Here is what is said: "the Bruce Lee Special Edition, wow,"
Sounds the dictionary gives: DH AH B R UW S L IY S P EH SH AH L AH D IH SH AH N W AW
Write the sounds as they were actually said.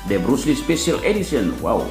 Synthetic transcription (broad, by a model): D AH B R UW S L IY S P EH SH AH L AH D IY S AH N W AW